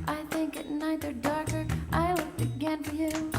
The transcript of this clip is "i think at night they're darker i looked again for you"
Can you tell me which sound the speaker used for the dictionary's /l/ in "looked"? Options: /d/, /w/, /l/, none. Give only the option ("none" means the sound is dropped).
/w/